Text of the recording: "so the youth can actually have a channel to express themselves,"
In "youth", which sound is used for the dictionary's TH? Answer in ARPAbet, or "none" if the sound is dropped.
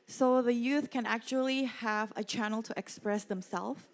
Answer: TH